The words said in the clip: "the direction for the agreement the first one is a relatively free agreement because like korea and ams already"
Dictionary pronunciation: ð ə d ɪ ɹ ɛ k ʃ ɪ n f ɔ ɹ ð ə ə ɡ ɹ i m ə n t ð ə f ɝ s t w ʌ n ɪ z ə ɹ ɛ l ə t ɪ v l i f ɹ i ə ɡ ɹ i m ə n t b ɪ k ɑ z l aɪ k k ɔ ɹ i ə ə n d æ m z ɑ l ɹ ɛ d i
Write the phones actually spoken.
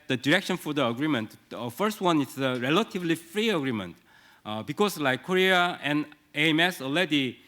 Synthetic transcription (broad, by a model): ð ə d ɪ ɹ ɛ k ʃ ɪ n f ɔ ɹ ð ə ə ɡ ɹ i m ə n t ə f ɝ s t w ʌ n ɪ s ə ɹ ɛ l ə t ɪ v l i f ɹ i ə ɡ ɹ i m ə n t b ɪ k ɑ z l aɪ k k ɔ ɹ i ə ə n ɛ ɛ m s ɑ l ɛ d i